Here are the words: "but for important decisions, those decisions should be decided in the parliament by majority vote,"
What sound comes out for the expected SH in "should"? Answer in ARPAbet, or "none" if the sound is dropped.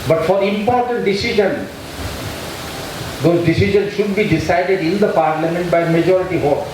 SH